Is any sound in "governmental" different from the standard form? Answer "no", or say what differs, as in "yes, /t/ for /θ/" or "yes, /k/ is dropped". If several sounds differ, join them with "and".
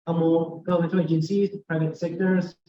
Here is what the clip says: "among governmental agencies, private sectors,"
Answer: yes, /v/ is dropped